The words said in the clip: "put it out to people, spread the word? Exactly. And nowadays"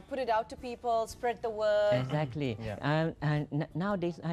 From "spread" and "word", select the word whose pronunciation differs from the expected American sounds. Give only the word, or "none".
word